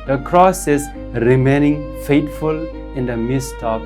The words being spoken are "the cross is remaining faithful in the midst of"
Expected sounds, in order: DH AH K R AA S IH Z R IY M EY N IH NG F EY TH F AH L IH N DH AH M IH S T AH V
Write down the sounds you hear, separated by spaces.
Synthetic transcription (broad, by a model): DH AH K R AA S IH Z R IY M EY N IH NG F EY T F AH L IH N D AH M IH S T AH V